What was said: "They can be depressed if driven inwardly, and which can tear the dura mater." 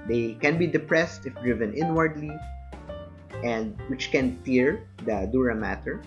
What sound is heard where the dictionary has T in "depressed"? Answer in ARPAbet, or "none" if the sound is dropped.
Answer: T